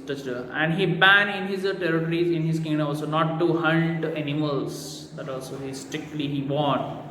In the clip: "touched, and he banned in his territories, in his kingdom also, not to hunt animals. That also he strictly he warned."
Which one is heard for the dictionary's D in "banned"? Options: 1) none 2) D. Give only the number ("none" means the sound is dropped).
1